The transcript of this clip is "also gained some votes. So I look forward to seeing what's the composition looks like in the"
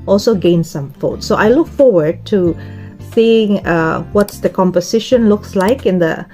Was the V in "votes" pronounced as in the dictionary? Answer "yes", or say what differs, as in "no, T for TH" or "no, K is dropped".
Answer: no, F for V